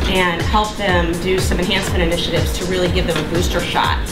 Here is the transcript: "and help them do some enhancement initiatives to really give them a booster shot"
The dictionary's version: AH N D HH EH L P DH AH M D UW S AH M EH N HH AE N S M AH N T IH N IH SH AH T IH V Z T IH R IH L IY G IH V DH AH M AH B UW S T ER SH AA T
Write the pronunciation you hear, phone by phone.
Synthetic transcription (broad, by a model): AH N HH EH L P DH AH M D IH S AH M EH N HH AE N S M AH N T IH N IH SH AH T IH V Z T IH R IH L IY G IH V DH AH M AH B UW S T ER SH AA T